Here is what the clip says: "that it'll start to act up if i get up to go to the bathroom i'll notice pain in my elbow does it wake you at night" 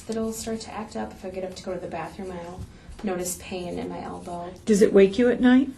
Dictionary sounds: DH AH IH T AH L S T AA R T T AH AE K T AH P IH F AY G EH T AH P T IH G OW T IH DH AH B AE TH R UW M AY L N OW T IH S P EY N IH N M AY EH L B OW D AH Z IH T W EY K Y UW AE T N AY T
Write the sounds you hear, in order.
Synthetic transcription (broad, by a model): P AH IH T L S T AA R T T AE K T AH P IH F AY G EH T AH P T IH G OW T IH DH AH B AE TH R UW M AY L N OW T IH S P EY N IH N M AY EH L B OW D AH Z IH T W EY K Y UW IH T N AY T